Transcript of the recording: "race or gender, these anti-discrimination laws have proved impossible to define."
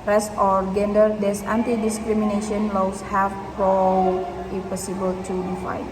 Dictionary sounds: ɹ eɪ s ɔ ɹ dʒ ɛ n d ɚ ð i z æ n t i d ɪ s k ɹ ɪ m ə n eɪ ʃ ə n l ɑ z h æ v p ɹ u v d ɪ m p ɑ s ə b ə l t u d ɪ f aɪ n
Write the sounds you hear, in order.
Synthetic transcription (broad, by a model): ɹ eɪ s ɔ ɹ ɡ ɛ n d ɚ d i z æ n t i d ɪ s k ɹ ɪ m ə n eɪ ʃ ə n l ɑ s h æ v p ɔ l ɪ p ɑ s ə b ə l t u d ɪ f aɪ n